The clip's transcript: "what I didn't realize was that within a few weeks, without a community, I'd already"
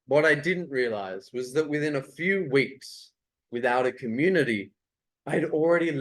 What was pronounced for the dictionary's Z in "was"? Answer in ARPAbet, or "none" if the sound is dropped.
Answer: Z